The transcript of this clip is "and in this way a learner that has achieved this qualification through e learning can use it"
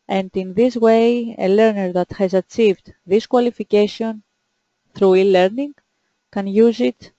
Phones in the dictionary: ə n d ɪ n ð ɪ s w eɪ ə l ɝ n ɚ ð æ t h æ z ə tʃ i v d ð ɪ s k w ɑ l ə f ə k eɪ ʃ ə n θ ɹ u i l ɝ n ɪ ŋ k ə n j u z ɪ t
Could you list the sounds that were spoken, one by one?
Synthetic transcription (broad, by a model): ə n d ɪ n ð ɪ s w eɪ ə l ɝ n ɚ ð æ t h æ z ə tʃ i v d ð ɪ s k w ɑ l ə f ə k eɪ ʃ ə n θ ɹ u i l ɝ n ɪ ŋ k ə n j u z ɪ t